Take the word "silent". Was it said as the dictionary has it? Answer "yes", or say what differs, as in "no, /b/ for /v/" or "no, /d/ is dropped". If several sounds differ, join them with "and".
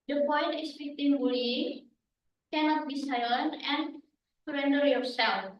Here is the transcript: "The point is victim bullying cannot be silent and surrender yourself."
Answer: no, /t/ is dropped